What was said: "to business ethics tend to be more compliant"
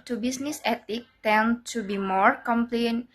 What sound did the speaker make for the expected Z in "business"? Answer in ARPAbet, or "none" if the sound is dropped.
S